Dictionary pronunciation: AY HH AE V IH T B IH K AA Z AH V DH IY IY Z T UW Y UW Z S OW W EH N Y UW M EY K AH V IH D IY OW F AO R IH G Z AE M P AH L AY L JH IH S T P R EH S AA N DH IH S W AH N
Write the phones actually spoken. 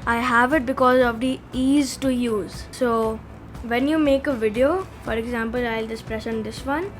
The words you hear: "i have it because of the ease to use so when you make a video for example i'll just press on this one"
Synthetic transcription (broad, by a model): AY HH AE V IH T B IH K AA Z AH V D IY IY Z T UW Y UW Z S OW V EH N Y UW M EY K AH V IH D IY OW F AO R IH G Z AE M P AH L AY L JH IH S P R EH SH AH N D IH S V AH N